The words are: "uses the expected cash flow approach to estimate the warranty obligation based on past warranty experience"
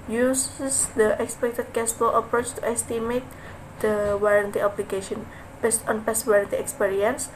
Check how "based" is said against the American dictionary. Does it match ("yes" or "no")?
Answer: yes